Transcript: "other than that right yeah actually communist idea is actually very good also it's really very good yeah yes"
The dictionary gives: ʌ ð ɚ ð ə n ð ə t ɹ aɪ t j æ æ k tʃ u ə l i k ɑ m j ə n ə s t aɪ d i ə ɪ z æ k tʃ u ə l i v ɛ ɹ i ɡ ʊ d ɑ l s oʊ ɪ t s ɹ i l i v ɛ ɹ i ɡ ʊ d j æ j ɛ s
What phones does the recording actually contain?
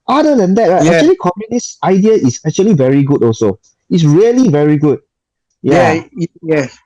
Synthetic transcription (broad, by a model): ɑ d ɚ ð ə n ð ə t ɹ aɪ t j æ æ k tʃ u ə l i k ɑ m j ə n ə s t aɪ d i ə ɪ s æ k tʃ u ə l i v ɛ ɹ i ɡ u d ɑ l s oʊ ɪ t s ɹ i l i v ɛ ɹ i ɡ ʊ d j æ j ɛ